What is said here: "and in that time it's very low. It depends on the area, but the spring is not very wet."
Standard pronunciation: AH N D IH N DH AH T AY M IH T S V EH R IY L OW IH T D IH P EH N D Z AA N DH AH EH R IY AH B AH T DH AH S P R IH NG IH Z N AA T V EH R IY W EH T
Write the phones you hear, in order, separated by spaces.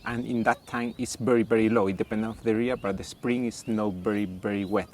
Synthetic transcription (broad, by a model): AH N IH N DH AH T AY M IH T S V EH R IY L OW IH T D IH P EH N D AA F DH AH R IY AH B AH T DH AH S P R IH NG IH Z N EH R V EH R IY W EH T